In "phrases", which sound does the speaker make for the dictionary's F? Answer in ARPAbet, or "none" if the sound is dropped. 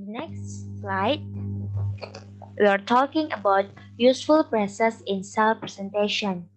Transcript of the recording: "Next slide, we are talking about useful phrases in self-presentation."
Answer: P